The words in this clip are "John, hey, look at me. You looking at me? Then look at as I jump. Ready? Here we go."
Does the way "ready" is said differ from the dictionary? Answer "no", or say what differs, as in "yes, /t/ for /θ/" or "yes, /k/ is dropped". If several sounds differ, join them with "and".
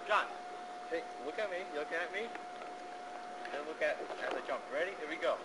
no